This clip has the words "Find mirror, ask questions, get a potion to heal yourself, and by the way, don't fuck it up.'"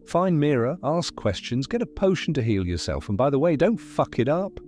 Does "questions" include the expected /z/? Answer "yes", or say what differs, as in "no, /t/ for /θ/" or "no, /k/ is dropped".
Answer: yes